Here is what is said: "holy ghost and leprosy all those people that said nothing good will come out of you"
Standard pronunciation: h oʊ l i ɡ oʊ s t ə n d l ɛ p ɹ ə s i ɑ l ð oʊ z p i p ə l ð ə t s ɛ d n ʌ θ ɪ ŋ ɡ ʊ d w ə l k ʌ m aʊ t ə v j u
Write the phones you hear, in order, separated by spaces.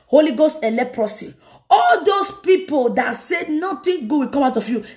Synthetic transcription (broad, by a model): h oʊ l i ɡ oʊ s t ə l ɛ p ɹ ə s i ɑ l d oʊ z p i p ə l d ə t s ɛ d n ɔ t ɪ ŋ ɡ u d w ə k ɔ m aʊ t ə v j u